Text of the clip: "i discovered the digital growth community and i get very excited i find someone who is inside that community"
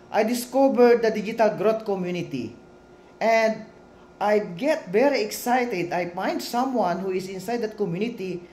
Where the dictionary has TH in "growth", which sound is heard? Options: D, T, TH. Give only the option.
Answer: T